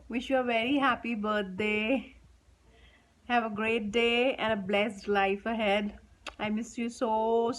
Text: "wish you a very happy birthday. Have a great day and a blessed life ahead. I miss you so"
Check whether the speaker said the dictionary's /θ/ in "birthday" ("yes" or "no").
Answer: no